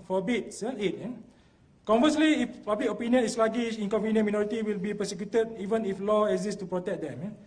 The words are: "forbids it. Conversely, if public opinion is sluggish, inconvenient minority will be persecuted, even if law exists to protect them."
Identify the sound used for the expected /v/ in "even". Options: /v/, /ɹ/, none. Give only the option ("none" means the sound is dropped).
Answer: /v/